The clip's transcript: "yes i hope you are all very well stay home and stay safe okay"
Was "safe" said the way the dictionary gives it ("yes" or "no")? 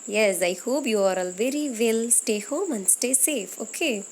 yes